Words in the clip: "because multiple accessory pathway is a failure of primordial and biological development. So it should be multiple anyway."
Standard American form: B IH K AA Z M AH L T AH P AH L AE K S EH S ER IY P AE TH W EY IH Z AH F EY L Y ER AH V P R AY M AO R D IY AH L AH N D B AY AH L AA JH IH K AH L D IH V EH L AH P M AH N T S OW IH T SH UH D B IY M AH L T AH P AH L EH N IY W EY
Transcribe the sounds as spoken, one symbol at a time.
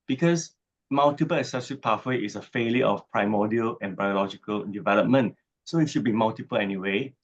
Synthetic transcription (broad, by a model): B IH K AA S M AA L T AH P AH L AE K S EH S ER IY P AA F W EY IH S AH F EY L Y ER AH F P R AY M AO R D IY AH L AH N B AY AH L AA JH IH K AH L D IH V EH L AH P M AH N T S OW IH T SH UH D B IY M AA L T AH P AH L EH N IY W EY